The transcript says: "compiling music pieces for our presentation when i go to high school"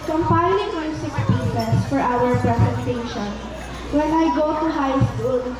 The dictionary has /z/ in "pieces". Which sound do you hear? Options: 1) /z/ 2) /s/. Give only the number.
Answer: 2